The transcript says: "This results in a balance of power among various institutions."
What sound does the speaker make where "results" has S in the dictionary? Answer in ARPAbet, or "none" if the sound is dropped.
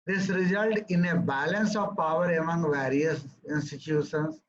none